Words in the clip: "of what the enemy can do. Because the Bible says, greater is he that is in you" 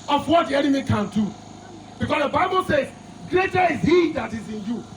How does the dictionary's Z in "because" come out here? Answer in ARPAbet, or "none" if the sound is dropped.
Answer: S